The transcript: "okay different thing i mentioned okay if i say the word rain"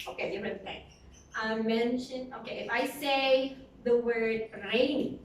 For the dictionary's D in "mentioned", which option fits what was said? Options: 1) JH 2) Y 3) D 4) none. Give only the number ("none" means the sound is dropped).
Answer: 4